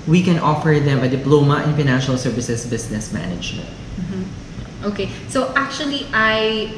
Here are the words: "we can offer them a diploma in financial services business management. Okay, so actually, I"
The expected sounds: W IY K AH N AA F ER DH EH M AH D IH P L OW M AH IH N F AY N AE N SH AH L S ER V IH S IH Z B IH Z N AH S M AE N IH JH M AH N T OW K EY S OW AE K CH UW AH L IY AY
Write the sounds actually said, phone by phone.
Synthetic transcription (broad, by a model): W IY K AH N AA F ER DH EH M AH D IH P L OW M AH IH N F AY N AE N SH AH L S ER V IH S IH S B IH S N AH S M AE N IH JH M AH N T OW K EY S OW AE K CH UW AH L IY AY